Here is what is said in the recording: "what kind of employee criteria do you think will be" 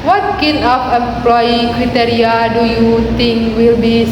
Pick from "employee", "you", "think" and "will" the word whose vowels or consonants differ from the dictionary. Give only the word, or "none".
think